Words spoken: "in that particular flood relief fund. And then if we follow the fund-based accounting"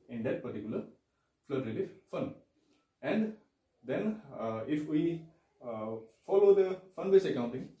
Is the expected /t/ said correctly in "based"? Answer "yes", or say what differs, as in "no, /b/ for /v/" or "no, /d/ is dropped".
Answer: no, /t/ is dropped